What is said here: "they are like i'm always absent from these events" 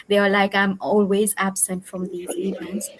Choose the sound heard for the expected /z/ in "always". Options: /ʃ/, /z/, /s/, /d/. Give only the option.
/z/